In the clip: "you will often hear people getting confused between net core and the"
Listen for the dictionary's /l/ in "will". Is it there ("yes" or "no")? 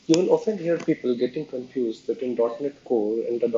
no